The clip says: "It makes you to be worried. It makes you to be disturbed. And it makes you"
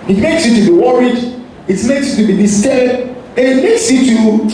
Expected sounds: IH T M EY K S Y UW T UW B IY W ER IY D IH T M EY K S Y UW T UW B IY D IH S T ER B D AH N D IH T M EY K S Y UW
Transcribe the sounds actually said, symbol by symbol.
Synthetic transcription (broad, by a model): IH T M EY K S Y UW T UW B IY W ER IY D IH T M EY K S Y UW T UW B IY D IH S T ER D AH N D IH T M EY K S Y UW